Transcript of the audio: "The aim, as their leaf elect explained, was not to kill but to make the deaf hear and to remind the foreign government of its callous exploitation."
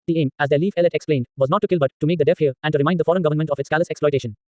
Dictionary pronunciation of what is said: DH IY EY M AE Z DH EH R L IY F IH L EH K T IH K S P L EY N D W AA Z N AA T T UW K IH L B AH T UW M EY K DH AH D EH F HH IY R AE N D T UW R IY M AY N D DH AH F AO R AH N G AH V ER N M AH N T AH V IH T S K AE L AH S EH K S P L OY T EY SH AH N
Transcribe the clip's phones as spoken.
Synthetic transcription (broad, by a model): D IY EY M AE Z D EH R L IY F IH L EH T IH K S P L EY N D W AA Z N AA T T UW K IH L B AH T UW M EY K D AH D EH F HH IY R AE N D T UW R IY M AY N D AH F AO R AH N G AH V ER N M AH N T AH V IH T S K AE L AH S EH K S P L OY T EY SH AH N